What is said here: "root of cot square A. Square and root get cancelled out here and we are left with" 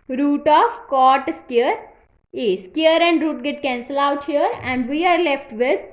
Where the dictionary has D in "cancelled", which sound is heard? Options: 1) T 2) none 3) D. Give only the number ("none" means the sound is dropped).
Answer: 2